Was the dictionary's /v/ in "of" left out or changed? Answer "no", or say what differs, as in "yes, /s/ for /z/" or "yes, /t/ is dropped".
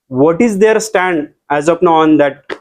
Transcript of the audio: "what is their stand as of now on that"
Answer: yes, /p/ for /v/